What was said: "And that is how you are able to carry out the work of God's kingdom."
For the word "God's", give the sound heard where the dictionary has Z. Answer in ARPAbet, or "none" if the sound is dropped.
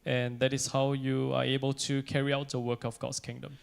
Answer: S